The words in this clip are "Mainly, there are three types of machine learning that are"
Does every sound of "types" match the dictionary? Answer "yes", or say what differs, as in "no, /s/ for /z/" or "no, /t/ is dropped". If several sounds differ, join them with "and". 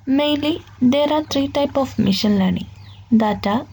no, /s/ is dropped